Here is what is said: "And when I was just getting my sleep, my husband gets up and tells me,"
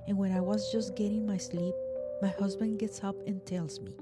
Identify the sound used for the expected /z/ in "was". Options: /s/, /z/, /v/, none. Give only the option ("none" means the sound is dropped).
/z/